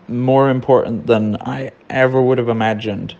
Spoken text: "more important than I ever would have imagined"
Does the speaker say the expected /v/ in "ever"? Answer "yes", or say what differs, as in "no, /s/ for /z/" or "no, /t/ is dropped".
yes